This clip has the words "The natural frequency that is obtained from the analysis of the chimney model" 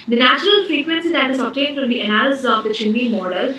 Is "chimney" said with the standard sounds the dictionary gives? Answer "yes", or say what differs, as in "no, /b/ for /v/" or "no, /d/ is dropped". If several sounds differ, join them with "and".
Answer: no, /m/ is dropped